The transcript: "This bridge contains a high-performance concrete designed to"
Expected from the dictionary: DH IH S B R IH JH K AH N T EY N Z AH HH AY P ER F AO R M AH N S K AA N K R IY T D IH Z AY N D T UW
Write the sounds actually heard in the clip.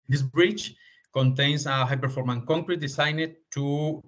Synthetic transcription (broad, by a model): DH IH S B R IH CH K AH N T EY N S AH HH AY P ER F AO R M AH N K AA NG K R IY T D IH S AY N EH T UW